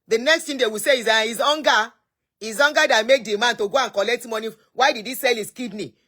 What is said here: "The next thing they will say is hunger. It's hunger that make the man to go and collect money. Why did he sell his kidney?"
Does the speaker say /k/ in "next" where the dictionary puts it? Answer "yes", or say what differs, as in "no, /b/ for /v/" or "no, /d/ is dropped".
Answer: yes